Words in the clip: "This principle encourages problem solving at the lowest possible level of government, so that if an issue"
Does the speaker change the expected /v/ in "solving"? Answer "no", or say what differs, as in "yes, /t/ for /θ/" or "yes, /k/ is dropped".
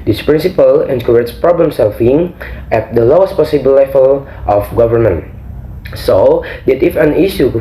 yes, /f/ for /v/